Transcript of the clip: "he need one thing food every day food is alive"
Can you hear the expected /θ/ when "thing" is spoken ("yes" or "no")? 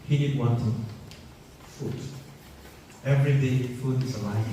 no